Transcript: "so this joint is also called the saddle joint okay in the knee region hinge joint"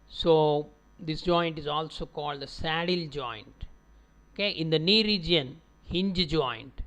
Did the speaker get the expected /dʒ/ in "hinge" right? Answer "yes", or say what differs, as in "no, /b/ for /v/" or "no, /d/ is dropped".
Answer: yes